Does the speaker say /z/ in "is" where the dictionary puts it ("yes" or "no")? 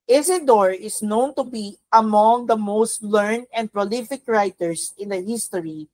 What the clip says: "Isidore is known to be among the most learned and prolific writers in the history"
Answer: no